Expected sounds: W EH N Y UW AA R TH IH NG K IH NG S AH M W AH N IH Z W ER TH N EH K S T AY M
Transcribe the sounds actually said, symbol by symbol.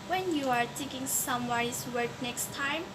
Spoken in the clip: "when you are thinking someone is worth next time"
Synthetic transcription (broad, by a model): W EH N Y UW AA R T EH K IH NG S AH M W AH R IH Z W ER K N EH K S T AY M